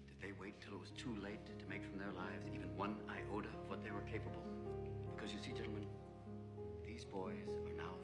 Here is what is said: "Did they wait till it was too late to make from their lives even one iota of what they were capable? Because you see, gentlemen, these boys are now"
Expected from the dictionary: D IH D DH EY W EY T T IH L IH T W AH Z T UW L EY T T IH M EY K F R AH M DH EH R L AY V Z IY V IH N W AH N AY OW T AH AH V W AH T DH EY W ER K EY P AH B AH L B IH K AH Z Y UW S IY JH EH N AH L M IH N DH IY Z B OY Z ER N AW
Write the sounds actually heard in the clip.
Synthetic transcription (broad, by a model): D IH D DH EY W EY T T IH L IH T W AH Z T UW L EY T T IH M EY K F R AH M DH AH R L AY V Z IY V IH N W AH N AY OW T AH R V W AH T DH EY W ER K EY P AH B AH L B IH K AH Z Y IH S IY JH EH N L M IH N DH IY Z B OY Z ER N AW